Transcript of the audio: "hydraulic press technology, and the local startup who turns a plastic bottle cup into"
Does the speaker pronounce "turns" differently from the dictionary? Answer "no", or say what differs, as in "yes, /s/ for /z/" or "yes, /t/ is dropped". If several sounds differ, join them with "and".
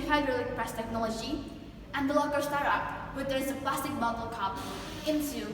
yes, /n/ is dropped